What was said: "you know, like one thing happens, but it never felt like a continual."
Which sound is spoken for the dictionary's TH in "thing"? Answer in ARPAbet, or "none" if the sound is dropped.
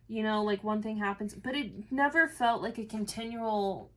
TH